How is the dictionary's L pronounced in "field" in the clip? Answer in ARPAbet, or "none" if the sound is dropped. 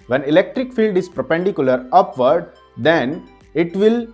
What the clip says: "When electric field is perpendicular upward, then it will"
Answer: L